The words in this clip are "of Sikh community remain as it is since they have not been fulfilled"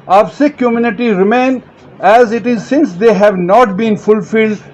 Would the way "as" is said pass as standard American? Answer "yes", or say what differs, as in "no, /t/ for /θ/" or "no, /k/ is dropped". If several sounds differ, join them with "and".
yes